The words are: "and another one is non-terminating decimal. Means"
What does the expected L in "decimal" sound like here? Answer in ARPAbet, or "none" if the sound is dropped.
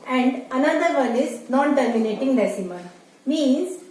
N